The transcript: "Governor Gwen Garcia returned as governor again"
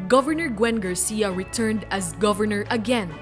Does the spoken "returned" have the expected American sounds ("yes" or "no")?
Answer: yes